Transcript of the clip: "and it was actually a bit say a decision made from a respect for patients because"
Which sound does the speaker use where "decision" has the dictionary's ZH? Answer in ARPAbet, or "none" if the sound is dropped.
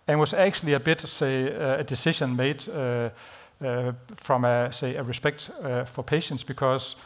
SH